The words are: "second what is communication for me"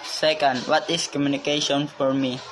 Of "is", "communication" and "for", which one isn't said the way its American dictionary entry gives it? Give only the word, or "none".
is